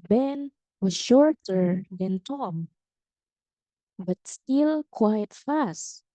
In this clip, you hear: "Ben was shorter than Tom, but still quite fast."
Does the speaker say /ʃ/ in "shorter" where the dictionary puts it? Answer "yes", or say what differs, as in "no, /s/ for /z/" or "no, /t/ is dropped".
yes